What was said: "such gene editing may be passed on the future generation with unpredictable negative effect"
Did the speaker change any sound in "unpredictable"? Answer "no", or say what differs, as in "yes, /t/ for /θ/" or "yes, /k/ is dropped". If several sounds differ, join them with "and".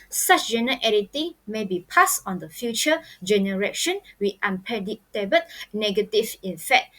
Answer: yes, /ɹ/ is dropped and /k/ is dropped